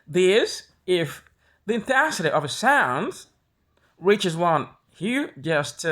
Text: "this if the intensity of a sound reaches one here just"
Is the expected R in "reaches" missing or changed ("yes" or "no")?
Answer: no